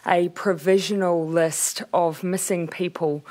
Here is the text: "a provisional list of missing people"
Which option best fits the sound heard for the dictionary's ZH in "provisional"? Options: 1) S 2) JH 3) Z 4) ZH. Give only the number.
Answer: 4